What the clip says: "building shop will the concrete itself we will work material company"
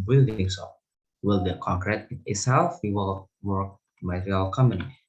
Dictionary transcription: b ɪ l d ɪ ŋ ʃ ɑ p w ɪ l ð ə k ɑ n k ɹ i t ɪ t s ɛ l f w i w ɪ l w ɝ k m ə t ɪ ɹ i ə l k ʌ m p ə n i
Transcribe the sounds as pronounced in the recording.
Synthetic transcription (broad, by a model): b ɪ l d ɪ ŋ s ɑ w ɪ l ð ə k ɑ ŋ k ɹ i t ɪ t s ɛ l f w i w ɪ l w ɝ k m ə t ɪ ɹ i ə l k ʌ m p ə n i